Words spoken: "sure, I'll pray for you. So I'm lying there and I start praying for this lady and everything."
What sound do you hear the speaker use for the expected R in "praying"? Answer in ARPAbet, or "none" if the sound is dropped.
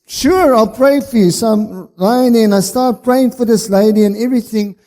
R